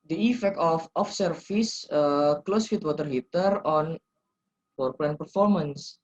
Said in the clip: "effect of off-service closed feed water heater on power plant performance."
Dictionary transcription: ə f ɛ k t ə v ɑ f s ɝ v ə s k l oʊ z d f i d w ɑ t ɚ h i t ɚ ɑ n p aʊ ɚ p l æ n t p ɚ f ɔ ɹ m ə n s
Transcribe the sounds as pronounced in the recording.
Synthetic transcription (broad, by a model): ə f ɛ k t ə f ɑ f s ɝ f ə s k l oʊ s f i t w ɑ t ɚ h i t ɚ ɑ n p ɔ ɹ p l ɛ n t p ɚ f ɔ ɹ m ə n s